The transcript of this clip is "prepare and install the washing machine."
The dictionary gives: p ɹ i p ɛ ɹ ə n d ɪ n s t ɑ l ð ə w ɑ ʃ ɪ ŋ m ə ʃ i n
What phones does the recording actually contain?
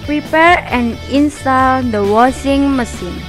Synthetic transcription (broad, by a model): p ɹ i p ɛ ɹ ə n ɪ n s t ɑ l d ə w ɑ s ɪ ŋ m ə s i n